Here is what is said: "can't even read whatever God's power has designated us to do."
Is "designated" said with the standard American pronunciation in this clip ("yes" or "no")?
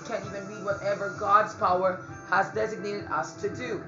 yes